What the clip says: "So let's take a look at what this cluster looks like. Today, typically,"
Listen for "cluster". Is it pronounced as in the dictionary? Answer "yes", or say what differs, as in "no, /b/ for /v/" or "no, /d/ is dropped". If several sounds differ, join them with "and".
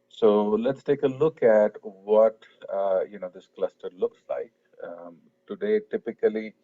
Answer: yes